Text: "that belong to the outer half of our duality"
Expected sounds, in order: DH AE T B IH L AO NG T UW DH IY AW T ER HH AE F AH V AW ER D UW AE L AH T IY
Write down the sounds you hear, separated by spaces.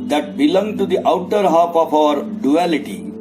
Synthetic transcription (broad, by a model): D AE T B IH L AO NG T UW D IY AW T ER HH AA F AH P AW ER D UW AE L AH T IY